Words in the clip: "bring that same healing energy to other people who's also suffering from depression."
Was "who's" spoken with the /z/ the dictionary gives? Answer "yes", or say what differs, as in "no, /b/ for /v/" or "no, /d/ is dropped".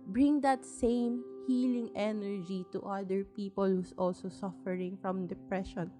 no, /s/ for /z/